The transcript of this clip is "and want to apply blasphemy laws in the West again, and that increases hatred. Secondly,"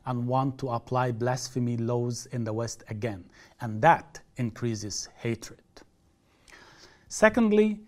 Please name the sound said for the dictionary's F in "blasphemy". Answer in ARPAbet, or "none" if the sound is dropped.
F